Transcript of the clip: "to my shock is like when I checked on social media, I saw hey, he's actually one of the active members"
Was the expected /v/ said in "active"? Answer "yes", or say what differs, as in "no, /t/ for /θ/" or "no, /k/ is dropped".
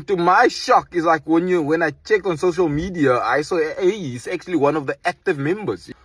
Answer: yes